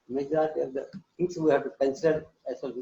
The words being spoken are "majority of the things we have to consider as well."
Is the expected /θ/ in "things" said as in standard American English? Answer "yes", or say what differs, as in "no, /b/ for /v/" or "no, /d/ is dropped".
no, /t/ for /θ/